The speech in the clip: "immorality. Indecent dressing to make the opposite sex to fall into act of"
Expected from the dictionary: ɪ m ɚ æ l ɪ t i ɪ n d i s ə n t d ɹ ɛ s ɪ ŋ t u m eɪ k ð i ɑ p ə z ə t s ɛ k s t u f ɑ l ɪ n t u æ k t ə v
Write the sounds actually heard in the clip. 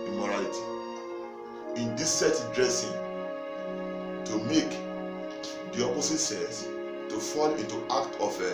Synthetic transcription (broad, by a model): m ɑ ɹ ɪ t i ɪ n d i s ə t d ɹ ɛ s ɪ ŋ t u m eɪ k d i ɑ p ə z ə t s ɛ s t u f ɑ l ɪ n t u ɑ k t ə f